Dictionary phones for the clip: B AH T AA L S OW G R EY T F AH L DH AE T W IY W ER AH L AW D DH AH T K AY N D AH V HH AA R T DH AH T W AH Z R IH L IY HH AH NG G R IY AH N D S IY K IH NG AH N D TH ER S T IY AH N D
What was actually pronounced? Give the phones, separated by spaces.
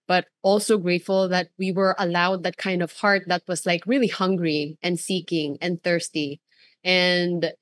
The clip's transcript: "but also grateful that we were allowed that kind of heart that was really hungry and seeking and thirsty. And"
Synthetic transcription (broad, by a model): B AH T AA L S OW G R EY T F AH L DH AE T W IY W ER AH L AW D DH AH T K AY N D AH V HH AA R T DH AH T W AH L R IH L IY HH AH NG G R IY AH N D S IY K IH NG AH N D TH ER S T IY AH N D